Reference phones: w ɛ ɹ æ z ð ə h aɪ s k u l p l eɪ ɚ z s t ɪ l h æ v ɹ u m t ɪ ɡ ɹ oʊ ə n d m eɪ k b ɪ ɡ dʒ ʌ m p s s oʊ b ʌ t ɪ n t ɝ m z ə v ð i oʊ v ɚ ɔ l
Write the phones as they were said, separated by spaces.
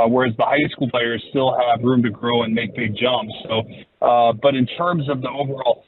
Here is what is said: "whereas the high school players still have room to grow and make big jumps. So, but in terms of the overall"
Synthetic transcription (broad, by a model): w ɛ ɹ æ z ð ə h aɪ s k u l p l eɪ ɚ z s t ɪ l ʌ v ɹ u m t ɪ ɡ ɹ oʊ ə n m eɪ k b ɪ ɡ dʒ ʌ m p s s oʊ b ʌ t ɪ n t ɝ m z ə v ð i oʊ v ɚ ɔ l